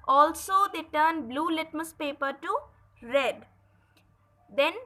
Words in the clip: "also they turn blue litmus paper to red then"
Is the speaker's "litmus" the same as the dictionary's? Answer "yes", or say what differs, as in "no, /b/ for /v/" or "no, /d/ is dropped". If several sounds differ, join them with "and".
yes